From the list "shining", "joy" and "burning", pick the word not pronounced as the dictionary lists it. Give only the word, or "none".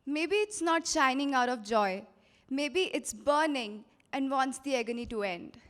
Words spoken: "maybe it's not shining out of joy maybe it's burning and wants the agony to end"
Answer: none